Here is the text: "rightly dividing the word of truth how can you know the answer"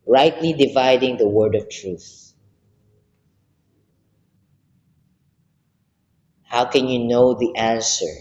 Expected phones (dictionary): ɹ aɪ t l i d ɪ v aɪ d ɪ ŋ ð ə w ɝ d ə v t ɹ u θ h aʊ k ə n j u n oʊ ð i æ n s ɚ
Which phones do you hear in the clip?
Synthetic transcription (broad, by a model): ɹ aɪ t l i d ɪ v aɪ d ɪ ŋ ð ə w ɝ d ə v t ɹ u θ h aʊ k ə n j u n oʊ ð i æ n s ɚ